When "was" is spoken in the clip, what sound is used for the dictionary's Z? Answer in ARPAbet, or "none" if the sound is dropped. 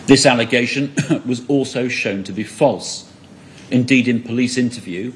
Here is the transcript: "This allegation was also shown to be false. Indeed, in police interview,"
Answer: Z